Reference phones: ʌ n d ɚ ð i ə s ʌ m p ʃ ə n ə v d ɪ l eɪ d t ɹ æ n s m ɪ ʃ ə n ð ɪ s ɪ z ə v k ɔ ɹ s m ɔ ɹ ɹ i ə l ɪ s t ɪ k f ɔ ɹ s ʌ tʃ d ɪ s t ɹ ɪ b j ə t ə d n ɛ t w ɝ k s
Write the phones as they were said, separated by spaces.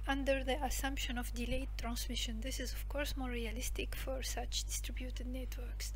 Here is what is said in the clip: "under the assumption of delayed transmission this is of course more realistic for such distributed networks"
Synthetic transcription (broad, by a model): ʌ n d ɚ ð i ə s ʌ m p ʃ ə n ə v d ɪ l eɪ t ɹ æ n s m ɪ ʃ ə n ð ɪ s ɪ z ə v k ɔ ɹ s m ɔ ɹ ɹ i ə l ɪ s t ɪ k f ɔ ɹ s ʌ tʃ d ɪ s t ɹ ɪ b j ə t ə d n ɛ t w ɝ k s